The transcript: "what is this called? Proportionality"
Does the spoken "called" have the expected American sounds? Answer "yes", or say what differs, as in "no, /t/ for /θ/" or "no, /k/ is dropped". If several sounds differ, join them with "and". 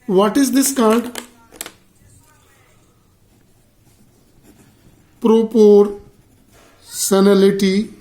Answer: no, /n/ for /l/